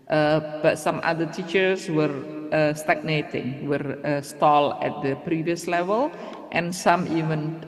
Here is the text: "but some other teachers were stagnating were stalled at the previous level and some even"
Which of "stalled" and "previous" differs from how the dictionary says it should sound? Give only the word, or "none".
stalled